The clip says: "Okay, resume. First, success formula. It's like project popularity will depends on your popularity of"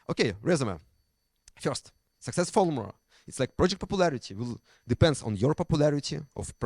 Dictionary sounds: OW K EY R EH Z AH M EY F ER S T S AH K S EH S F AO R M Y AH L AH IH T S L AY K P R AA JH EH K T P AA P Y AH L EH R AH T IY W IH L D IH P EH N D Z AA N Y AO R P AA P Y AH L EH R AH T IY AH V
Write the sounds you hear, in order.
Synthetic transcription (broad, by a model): OW K EY R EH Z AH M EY F ER S T S AH K S EH S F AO L M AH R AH IH T S L AY K P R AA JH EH K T P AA P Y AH L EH R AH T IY W IH L D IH P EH N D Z AA N Y AO R P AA P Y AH L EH R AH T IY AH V